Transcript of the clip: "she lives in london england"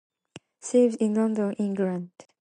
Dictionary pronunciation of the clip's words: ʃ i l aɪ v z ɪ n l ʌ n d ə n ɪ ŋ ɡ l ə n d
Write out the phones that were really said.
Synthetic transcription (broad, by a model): s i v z ɪ n l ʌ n d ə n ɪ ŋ ɡ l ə n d